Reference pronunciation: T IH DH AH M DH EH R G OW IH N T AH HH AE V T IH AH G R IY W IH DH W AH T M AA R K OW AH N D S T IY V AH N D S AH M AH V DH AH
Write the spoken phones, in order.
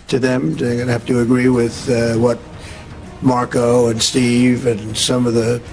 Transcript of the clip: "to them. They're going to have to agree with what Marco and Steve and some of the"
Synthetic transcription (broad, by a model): T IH DH AH M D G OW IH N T HH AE F T IH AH G R IY W IH DH W AH T M AA R K OW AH N S T IY V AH N S AH M AH V DH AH